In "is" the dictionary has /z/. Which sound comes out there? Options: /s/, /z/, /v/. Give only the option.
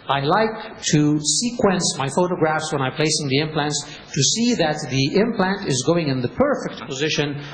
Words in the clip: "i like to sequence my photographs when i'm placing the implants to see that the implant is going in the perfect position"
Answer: /z/